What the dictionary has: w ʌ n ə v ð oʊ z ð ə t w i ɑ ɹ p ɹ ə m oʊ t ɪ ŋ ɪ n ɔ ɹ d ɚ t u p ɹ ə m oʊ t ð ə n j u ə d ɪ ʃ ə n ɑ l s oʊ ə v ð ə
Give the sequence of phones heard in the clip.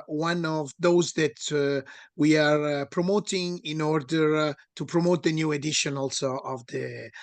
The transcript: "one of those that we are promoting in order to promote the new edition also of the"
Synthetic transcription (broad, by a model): w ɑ n ə v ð oʊ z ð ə t w i ɑ ɹ p ɹ ə m oʊ t ɪ ŋ ɪ n ɔ ɹ d ɚ t u p ɹ ə m oʊ t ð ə n j u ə d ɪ ʃ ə n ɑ l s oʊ ə v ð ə